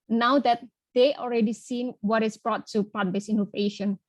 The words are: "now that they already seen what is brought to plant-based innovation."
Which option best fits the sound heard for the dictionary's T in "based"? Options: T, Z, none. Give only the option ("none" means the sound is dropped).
none